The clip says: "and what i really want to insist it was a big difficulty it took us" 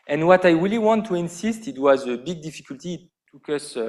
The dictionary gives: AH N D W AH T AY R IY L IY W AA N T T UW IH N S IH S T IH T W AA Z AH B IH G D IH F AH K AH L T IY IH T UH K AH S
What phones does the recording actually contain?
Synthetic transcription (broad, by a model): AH N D W AH T AY R IY L IY W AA N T T UW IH N S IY S T IH T W AA Z AH B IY G D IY F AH K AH L T IY T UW K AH S